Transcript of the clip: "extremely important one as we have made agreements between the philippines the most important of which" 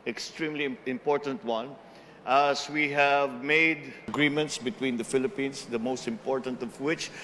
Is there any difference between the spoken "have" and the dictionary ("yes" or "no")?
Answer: no